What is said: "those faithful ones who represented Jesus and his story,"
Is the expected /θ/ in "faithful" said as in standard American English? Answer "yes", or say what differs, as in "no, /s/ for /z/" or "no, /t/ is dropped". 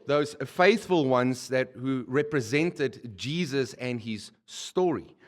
yes